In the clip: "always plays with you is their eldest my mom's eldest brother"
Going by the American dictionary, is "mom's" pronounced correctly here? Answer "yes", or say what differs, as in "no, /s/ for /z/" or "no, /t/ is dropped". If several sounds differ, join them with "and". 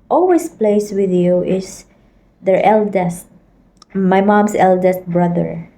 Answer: no, /s/ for /z/